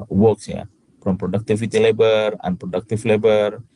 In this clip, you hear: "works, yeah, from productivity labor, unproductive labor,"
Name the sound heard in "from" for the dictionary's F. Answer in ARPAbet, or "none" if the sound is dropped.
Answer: P